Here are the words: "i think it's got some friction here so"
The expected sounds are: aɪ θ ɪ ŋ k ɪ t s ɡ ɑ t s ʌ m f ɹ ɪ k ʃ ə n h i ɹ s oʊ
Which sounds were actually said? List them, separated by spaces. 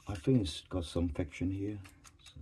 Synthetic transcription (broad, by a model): aɪ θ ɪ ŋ ɪ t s ɡ ɑ t s ʌ m f ɪ k ʃ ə n h i ɹ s